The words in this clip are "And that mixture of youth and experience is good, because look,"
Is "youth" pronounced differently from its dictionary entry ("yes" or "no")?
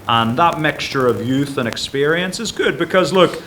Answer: no